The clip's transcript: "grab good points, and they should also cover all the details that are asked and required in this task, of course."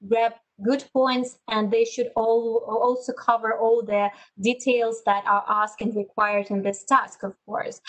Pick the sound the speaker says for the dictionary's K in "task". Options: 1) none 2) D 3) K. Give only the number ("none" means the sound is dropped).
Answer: 3